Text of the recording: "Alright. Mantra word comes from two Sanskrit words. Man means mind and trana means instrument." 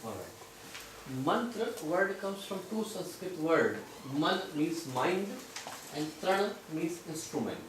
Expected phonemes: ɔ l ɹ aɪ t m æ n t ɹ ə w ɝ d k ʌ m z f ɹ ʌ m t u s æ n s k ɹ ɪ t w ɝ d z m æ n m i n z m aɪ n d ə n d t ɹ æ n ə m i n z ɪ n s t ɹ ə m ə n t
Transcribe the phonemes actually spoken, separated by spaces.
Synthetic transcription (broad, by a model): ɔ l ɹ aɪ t m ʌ n t ɹ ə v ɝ d k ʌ m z f ɹ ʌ m t u s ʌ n s k ɹ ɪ t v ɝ d m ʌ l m i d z m aɪ n d ə n d t ɹ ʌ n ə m i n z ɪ n s t ɹ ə m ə n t